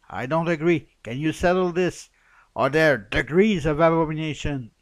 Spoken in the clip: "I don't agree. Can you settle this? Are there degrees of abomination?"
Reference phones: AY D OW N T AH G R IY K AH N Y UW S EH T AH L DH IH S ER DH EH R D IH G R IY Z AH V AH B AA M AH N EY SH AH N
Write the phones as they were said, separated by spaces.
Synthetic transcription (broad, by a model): AY D OW N T AH G R IY K AH N Y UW S EH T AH L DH IH S ER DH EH R D IH G R IY Z AH V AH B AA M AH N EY SH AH N